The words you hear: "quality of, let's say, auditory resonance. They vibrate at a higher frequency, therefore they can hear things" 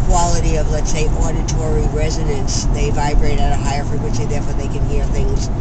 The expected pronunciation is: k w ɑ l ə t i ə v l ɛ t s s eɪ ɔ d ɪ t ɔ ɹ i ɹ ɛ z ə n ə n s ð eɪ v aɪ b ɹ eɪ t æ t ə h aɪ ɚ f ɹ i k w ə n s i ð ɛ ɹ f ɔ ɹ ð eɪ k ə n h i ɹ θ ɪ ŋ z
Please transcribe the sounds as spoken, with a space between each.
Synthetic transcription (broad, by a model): k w ɑ l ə t i ə v l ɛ t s s eɪ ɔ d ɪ t ɔ ɹ i ɹ ɛ z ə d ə n s ð eɪ v aɪ b ɹ eɪ t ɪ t ə h aɪ ɚ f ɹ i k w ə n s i ð ɛ ɹ f ɔ ɹ ð eɪ k ə n h i ɹ θ ɪ ŋ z